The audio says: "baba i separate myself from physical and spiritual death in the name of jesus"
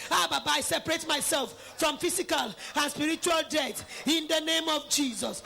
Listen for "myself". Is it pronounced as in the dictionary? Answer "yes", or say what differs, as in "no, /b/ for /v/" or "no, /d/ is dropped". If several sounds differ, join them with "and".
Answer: yes